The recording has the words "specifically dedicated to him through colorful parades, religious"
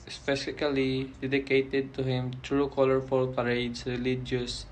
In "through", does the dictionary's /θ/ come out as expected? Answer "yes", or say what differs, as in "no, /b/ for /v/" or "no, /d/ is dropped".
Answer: no, /t/ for /θ/